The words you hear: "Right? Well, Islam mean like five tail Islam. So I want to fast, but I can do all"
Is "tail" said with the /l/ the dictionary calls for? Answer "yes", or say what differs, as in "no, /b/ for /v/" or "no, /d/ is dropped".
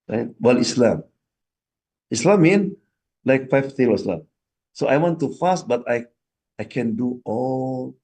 no, /w/ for /l/